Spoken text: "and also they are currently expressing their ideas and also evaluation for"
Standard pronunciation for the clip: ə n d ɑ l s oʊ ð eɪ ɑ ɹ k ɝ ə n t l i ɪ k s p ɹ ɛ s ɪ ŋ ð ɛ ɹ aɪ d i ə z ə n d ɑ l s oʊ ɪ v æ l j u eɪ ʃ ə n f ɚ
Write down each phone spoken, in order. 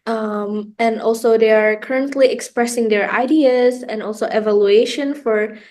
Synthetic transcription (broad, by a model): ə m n ɑ l s oʊ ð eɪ ɑ ɹ k ɝ ə n t l i ɪ k s p ɹ ɛ s ɪ ŋ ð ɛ ɹ aɪ d i ə z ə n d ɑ l s oʊ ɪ v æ l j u eɪ ʃ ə n f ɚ